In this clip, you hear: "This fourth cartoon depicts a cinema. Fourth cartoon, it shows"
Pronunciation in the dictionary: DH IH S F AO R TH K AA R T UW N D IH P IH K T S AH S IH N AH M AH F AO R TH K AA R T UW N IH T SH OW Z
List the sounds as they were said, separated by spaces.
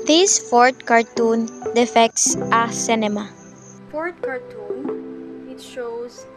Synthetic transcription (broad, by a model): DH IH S F AO R T K AA R T UW N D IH F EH K T S AH S IH N AH M AH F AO R T K AA R T UW N IH T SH OW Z